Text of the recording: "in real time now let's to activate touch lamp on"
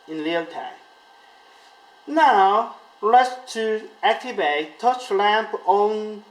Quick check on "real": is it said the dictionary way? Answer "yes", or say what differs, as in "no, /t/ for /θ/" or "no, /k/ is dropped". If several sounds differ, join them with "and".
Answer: no, /l/ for /ɹ/